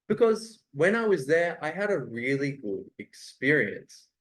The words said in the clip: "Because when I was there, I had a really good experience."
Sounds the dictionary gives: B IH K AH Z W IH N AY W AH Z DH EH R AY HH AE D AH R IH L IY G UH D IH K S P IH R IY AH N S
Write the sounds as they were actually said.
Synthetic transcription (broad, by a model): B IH K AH Z W IH N AY W AH Z DH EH R AY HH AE D AH R IH L IY G UH D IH K S P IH R IY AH N S